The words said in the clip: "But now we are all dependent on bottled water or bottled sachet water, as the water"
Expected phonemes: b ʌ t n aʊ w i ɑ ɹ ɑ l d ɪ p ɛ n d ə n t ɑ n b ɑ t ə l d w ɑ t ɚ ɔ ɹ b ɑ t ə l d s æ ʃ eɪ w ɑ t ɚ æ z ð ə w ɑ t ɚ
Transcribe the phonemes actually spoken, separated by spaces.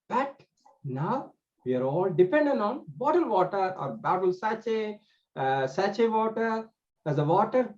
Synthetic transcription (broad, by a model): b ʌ t n aʊ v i ɑ ɹ ɑ l d ɪ p ɛ n d ə n t ɑ n b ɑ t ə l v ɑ t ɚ ɔ ɹ b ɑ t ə l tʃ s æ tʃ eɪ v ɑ t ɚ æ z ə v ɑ t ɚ